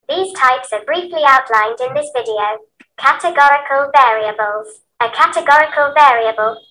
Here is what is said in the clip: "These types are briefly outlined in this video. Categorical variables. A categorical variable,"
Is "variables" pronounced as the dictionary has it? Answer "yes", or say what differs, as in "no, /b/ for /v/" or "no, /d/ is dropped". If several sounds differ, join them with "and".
yes